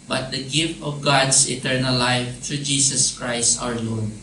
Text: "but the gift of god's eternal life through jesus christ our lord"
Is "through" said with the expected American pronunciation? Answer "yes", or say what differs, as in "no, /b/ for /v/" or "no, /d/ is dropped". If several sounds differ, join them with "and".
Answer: no, /t/ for /θ/